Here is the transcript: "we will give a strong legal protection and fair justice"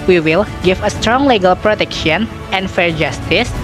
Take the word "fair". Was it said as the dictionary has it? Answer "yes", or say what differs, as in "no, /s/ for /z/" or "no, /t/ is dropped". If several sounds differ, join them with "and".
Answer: yes